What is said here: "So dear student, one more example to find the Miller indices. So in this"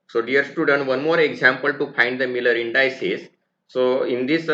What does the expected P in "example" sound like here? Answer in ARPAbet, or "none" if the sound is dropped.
P